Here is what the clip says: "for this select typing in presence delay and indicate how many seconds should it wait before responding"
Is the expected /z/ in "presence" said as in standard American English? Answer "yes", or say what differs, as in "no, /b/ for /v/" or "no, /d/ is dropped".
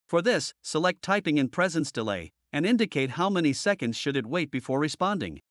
yes